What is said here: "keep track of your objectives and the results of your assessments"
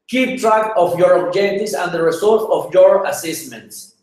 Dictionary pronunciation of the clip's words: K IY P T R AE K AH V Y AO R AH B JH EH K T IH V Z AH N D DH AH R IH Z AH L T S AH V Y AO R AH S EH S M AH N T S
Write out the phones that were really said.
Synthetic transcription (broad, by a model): K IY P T R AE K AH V Y AO R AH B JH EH T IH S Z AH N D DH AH R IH S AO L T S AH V Y AO R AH S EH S M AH N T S